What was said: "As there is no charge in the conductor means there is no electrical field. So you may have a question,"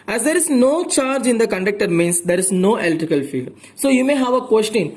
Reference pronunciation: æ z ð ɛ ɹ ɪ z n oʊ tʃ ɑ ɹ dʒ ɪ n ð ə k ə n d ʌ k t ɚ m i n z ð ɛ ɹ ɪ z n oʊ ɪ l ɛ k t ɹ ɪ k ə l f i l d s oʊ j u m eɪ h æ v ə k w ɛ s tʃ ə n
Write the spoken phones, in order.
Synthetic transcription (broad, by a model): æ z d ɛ ɹ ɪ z n oʊ tʃ ɑ ɹ dʒ ɪ n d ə k ə n d ʌ k t ɚ m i n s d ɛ ɹ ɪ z n oʊ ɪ l t ɪ k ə l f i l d s oʊ j u m eɪ h æ v ə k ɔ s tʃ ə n